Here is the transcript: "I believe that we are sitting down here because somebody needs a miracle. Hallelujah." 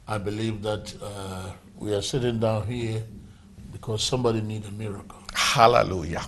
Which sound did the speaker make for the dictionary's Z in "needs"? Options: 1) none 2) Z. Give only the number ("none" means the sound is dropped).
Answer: 1